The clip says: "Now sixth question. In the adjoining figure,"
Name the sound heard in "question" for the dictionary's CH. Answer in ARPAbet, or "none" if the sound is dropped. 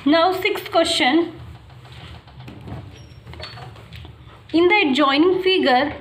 SH